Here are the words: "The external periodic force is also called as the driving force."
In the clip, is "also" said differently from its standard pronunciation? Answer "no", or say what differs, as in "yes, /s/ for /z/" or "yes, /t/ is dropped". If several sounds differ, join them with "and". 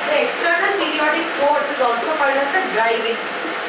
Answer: yes, /n/ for /l/